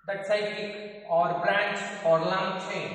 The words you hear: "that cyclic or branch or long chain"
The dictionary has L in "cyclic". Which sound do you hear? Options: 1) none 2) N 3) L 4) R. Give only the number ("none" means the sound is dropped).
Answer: 1